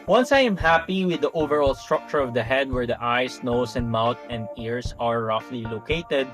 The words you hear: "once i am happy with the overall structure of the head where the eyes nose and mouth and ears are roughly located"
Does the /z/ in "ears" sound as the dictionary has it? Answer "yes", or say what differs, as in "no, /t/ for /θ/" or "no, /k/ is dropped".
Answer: no, /s/ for /z/